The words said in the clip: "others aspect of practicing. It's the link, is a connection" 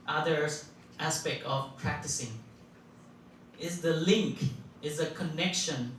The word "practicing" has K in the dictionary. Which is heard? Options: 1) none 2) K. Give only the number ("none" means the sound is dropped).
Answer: 2